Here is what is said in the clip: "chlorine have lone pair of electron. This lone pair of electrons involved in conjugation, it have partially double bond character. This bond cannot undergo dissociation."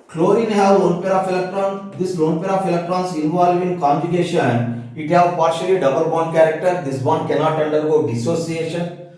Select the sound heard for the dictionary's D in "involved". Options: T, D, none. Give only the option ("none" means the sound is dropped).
none